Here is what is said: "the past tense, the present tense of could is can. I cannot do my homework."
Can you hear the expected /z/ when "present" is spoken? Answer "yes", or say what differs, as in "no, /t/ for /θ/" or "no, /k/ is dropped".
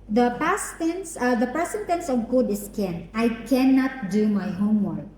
no, /s/ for /z/